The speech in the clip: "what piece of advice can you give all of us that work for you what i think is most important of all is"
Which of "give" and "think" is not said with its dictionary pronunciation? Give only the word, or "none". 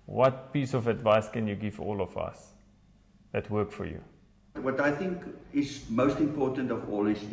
none